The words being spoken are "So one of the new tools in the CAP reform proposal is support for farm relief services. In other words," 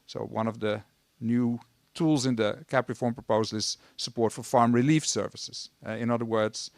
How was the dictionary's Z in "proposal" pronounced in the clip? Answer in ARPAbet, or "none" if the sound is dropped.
Z